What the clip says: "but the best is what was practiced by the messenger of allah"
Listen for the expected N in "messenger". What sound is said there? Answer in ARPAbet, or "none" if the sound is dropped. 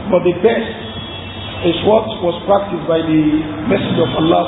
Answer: none